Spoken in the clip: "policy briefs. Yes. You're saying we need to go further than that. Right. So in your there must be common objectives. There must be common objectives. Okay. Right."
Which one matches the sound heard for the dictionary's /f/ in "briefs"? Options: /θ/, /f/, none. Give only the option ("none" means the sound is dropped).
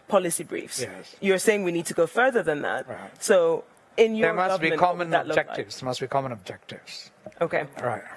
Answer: /f/